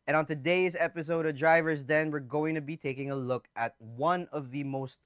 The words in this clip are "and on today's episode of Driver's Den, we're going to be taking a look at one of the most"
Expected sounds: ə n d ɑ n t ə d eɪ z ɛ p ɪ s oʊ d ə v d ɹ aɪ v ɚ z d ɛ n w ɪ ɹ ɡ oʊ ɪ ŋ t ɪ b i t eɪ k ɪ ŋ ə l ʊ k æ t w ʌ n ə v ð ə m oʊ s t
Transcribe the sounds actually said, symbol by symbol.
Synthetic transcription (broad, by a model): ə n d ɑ n t ə d eɪ z ɛ p ɪ s oʊ d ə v d ɹ aɪ v ɚ z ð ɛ n w ɪ ɹ ɡ oʊ ɪ ŋ t ɪ b i t eɪ k ɪ ŋ ə l ʊ k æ t w ʌ n ə v ð ə m oʊ s t